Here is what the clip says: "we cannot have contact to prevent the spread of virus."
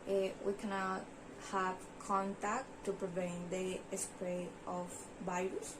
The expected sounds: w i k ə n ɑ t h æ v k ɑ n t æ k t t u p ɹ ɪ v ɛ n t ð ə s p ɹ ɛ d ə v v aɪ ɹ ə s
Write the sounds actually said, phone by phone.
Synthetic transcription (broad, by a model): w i k ə n ɑ t h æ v k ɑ n t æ k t t u p ɹ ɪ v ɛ n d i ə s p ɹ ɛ ə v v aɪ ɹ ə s